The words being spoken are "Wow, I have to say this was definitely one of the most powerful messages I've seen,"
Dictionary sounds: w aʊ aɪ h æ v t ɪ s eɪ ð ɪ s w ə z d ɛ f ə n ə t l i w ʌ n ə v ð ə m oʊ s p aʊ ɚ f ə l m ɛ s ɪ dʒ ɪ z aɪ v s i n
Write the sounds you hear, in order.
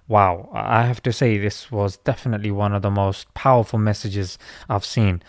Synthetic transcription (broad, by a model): w aʊ aɪ h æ f t ɪ s eɪ ð ɪ s w ə z d ɛ f ə n ə t l i w ʌ n ə v ð ə m oʊ s p aʊ ɚ f ə l m ɛ s ɪ dʒ ɪ z aɪ v s i n